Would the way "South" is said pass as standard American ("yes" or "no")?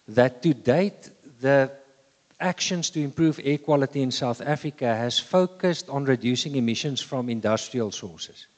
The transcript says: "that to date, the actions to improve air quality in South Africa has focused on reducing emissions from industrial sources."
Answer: yes